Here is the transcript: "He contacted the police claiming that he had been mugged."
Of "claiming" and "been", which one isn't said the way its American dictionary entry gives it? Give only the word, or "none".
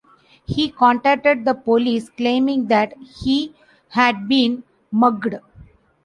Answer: none